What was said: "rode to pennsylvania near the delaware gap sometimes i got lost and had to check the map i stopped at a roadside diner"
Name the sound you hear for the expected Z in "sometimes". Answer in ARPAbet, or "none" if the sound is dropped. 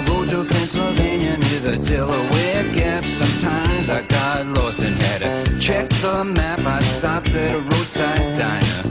Z